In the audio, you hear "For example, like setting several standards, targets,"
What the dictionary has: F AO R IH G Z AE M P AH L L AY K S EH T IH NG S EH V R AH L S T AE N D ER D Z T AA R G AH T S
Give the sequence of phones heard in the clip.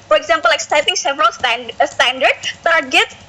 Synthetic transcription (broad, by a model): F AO R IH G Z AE M P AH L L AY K S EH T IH NG S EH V R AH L S T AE N D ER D T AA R G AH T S